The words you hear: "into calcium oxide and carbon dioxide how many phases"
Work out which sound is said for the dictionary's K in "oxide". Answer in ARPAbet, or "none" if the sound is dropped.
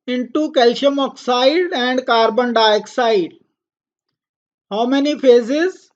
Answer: K